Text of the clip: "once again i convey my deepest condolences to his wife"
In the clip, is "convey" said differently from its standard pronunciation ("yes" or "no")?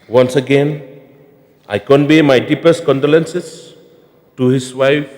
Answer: yes